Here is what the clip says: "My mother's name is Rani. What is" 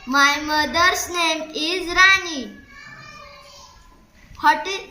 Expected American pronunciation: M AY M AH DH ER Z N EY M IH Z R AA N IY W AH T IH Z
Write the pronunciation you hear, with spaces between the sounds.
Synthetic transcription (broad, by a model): M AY M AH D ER S N EY M IH Z R AA N IY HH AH T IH